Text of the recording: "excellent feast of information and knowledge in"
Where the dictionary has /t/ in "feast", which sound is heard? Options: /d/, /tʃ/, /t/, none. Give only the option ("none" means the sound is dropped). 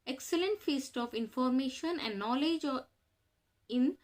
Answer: /t/